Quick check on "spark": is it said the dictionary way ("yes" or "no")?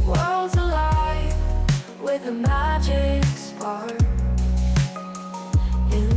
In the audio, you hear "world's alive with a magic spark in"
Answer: no